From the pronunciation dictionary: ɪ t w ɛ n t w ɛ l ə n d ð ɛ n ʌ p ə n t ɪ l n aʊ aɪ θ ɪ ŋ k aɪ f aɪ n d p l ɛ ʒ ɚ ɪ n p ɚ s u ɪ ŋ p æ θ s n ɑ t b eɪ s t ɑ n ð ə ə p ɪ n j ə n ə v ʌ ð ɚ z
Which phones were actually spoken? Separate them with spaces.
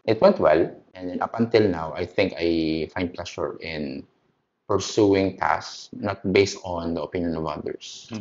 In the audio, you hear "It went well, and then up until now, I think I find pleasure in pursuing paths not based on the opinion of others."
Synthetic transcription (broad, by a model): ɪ t w ɛ n t w ɛ l ə n d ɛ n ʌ p ə n t ɪ l n aʊ aɪ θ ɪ ŋ k aɪ f aɪ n d p l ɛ ʃ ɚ ɪ n p ɚ s u ɪ ŋ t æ s n ɑ t b eɪ s t ɑ n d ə ə p ɪ n j ə n ə v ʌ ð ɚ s